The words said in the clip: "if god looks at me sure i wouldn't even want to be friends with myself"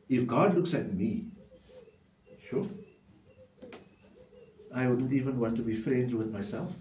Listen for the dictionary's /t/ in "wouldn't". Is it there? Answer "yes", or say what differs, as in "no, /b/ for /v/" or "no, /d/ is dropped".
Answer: yes